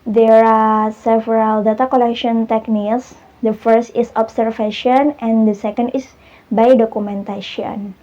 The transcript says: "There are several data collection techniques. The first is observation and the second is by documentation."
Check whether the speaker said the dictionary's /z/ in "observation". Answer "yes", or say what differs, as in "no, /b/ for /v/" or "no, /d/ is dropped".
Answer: no, /s/ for /z/